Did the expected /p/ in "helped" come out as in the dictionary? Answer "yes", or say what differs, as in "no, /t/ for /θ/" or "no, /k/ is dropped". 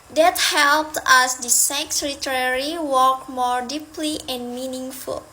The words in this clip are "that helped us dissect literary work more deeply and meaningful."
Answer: yes